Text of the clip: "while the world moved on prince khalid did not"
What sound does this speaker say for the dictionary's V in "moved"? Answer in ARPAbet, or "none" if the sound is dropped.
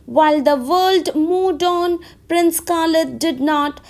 none